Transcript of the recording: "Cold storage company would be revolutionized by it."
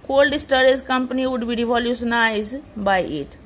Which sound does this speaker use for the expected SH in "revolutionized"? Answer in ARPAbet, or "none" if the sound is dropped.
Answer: S